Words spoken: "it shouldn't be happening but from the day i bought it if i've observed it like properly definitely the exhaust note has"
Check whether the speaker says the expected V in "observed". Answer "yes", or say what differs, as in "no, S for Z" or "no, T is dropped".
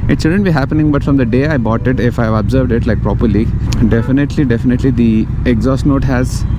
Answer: yes